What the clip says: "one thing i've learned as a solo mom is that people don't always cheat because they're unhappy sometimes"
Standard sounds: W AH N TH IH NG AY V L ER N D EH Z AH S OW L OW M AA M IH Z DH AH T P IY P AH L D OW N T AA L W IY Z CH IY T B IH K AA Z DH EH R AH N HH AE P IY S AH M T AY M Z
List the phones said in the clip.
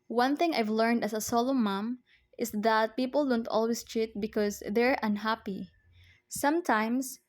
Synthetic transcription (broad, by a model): W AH N TH IH NG AY V L ER N D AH S AH S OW L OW M AA M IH S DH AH T P IY P AH L D OW N T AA L W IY S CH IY T B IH K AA S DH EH R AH N HH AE P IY S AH M T AY M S